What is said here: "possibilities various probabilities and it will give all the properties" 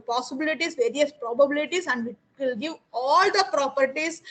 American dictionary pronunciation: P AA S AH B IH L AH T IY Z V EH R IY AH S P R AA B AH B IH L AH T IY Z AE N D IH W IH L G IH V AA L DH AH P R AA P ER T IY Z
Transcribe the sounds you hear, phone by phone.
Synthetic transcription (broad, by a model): P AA S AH B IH L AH T IY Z V EH R IY AH S P R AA B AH B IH L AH T IY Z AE N D IH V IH L G IH V AA L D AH P R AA P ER T IY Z